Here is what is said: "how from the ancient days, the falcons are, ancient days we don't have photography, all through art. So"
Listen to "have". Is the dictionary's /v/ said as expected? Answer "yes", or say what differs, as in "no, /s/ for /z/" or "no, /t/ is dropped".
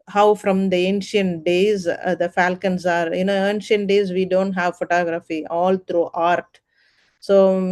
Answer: yes